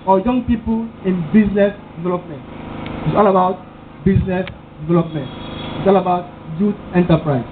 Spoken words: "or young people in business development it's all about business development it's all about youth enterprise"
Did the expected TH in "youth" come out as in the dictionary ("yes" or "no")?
no